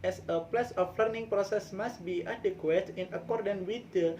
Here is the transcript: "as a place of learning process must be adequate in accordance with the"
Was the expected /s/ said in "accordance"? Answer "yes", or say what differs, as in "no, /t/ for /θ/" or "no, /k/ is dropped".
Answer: no, /s/ is dropped